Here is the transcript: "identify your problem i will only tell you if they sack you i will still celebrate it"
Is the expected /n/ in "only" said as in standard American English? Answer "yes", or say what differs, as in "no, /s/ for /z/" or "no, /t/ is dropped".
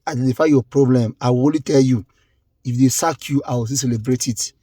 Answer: no, /n/ is dropped